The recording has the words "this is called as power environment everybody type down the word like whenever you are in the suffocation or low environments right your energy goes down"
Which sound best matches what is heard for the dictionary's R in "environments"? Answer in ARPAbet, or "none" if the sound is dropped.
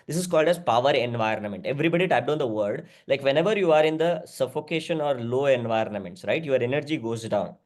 R